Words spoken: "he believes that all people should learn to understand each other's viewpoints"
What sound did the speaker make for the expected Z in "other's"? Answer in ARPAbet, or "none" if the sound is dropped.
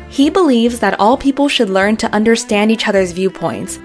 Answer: Z